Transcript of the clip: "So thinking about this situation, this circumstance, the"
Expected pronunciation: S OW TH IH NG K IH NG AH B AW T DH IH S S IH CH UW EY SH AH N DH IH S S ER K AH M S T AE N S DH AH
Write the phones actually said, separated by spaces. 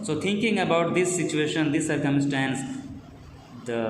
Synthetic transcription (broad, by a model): S OW T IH NG K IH NG AH B AW T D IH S S IH CH UW EY SH AH N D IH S S ER K AH M S T AE N S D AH